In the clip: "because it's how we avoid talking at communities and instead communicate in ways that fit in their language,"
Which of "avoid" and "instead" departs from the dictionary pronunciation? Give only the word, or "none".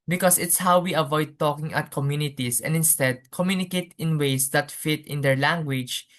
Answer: none